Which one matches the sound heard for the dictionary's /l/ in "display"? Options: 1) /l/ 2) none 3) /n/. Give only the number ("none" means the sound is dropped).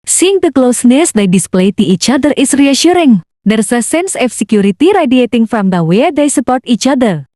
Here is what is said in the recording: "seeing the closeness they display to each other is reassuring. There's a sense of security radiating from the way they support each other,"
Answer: 1